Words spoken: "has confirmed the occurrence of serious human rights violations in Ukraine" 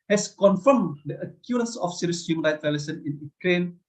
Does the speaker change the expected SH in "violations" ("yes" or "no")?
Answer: yes